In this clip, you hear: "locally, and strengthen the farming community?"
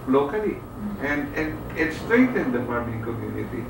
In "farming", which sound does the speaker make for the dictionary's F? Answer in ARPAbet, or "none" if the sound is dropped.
P